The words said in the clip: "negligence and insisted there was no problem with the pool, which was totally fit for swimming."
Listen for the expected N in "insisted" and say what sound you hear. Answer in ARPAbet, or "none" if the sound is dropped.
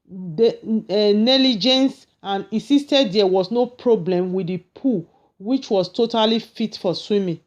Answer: none